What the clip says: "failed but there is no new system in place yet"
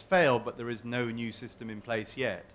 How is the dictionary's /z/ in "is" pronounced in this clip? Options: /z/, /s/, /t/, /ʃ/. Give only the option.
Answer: /z/